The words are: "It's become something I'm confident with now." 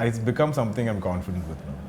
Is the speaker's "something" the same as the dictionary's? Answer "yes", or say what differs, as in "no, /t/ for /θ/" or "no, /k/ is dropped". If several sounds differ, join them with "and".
no, /t/ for /θ/